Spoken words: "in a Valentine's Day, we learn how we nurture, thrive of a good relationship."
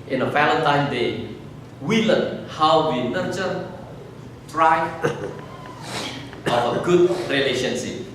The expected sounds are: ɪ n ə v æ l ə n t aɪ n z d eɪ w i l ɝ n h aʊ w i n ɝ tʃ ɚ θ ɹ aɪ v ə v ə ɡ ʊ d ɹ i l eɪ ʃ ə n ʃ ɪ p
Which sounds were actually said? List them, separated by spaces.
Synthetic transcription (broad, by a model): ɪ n ə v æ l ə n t aɪ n d eɪ w i l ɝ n h aʊ w i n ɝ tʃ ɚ t ɹ aɪ ə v ə ɡ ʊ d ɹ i l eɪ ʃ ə n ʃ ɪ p